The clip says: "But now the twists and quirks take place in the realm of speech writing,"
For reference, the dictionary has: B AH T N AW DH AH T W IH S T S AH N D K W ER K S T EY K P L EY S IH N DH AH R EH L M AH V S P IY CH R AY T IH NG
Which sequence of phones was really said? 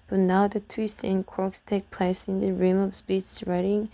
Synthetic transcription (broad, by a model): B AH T N AW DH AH T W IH S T AH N K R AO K S T EY K P L EY S IH N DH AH R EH M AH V S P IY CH R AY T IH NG